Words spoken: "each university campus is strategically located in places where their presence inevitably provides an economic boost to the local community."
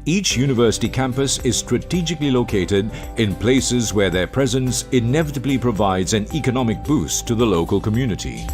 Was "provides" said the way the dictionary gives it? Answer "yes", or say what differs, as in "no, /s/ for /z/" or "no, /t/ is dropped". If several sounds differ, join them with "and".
yes